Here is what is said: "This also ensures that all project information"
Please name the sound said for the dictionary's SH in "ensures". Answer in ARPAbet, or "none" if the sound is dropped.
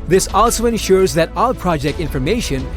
SH